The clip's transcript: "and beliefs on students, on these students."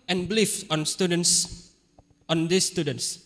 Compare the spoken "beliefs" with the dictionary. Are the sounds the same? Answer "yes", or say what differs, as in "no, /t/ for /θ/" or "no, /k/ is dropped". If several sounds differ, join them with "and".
no, /s/ is dropped